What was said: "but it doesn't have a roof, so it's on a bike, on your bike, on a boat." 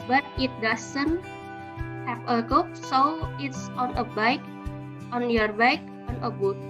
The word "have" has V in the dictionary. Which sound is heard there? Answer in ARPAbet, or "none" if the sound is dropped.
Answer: P